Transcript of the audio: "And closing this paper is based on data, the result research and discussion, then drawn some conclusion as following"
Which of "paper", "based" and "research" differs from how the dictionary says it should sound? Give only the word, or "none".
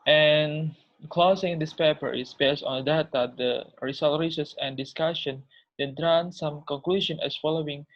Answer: research